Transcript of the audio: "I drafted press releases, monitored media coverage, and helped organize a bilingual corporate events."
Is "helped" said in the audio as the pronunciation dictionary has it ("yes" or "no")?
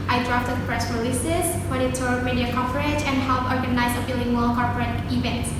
no